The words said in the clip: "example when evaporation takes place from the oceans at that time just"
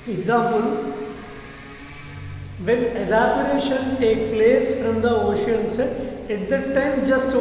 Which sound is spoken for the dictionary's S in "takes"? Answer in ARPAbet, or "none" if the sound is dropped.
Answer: none